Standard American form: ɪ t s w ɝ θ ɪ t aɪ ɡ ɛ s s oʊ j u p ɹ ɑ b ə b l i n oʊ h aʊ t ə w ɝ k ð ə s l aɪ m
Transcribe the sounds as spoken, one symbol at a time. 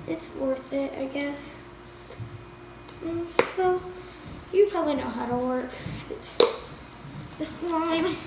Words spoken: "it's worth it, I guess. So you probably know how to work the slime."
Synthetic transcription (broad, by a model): ɪ t s w ɝ θ ɪ t aɪ ɡ ɛ s s oʊ j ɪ p ɹ ɑ b ə b l i n oʊ h aʊ t ə w ɝ k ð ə s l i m